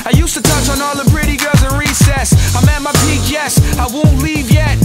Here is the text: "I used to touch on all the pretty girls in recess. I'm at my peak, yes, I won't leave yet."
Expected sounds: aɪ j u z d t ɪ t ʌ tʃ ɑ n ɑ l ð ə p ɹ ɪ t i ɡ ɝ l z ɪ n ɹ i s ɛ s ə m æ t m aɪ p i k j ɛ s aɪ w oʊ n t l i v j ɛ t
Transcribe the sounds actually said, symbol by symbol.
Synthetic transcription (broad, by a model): aɪ j u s t ɪ t ʌ tʃ n ɑ l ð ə b ɹ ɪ t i ɡ ɝ l z ɪ n ɹ i s ɛ s ə m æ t m aɪ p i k j ɛ s aɪ w oʊ n t l i v j ɛ t